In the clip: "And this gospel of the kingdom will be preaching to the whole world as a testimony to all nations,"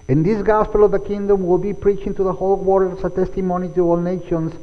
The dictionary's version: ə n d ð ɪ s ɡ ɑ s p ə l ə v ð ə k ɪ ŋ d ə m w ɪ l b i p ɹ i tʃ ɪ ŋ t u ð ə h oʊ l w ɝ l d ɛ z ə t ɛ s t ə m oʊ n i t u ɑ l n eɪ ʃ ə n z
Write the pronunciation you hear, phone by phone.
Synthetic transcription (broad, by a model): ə n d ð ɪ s ɡ ɑ s p ə l ə v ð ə k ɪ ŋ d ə m w ɪ l b i p ɹ i tʃ ɪ ŋ t u ð ə h oʊ l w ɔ d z ə t ɛ s t ə m oʊ n i t u ɑ l n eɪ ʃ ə n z